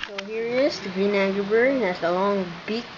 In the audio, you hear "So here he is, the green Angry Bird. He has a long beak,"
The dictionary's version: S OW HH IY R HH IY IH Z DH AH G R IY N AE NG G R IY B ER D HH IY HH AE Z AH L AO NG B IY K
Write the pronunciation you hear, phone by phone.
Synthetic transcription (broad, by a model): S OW HH IY R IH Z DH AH G R IY N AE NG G IY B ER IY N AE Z AH L AO NG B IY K